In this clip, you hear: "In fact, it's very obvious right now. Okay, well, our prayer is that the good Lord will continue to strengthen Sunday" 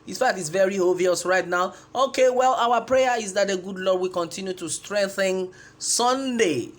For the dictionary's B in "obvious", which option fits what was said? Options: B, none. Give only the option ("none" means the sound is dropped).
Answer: none